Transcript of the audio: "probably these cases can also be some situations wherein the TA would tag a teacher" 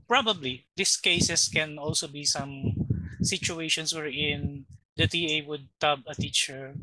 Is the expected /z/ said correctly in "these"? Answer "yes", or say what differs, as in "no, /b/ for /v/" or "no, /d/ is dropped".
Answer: no, /s/ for /z/